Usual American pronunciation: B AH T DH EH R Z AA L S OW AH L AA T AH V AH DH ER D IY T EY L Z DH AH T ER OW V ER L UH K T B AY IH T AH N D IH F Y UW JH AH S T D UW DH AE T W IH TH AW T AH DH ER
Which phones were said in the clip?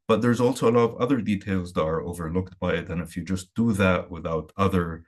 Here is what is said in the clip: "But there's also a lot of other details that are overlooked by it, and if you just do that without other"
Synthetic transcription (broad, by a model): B AH T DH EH R Z AA L S OW AH L AA T AH V AH DH ER D IY T EY L Z DH AH T ER OW V ER L UH K T B AY IH T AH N IH F Y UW JH AH S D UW DH AE T W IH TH AW T AH DH ER